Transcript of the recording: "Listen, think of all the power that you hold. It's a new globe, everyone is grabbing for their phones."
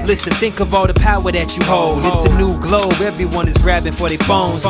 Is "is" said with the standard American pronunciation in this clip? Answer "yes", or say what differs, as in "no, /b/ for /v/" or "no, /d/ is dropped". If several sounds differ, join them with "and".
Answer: yes